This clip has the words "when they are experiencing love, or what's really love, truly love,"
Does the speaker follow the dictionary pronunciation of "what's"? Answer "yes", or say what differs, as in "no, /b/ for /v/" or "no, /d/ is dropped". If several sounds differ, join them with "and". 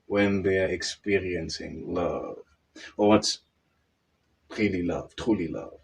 yes